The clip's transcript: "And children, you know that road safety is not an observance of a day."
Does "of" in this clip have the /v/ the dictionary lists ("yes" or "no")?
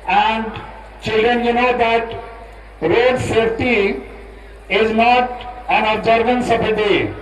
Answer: no